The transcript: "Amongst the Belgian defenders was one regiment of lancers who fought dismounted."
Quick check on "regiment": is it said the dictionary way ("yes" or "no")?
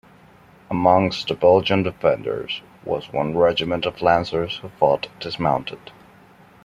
yes